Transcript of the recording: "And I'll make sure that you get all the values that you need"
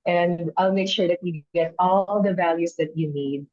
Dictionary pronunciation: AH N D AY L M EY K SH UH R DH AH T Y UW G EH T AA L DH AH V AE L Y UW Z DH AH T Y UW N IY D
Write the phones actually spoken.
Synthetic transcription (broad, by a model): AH N D AY L M EY K SH UH R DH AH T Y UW G EH T AA L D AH V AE L Y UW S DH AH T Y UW N IY D